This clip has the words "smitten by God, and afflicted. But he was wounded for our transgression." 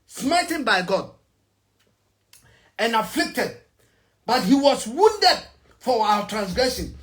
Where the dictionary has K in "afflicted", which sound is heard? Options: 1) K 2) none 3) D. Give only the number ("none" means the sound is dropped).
1